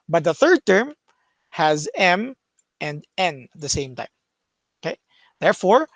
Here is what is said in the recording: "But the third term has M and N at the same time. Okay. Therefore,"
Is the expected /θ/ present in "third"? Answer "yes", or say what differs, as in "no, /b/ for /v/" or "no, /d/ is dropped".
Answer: yes